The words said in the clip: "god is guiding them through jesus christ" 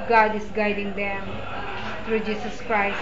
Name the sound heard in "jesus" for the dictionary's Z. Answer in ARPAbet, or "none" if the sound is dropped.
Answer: S